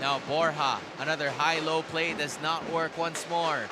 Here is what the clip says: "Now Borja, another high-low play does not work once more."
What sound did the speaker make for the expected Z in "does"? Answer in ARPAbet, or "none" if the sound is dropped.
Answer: Z